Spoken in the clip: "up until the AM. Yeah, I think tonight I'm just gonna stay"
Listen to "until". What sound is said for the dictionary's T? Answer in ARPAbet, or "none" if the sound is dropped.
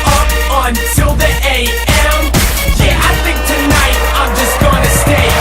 S